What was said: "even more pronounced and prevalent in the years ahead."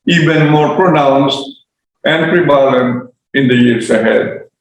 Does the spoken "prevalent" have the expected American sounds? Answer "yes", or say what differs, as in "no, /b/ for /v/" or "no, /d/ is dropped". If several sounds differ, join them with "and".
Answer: no, /t/ is dropped